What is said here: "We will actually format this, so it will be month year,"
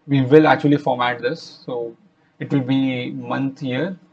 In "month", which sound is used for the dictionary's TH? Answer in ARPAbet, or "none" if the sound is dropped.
T